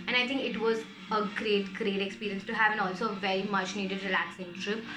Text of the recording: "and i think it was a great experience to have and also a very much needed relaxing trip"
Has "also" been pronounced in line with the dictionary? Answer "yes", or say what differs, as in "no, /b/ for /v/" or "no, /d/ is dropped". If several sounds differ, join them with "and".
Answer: yes